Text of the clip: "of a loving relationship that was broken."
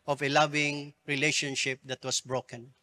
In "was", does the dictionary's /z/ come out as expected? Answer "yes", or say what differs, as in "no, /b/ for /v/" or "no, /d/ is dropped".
no, /s/ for /z/